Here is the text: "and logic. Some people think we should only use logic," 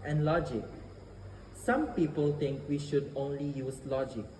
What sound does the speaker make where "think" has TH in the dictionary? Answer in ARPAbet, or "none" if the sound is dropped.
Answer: T